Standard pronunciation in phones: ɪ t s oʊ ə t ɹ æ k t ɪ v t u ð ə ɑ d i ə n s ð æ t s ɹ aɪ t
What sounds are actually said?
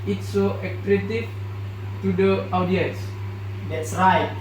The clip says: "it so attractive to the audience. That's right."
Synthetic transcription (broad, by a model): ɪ t s oʊ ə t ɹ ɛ t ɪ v t u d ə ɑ d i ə n s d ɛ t s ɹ aɪ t